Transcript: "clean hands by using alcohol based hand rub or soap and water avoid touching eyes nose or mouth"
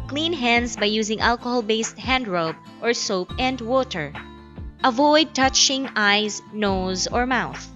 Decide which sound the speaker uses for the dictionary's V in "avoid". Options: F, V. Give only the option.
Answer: V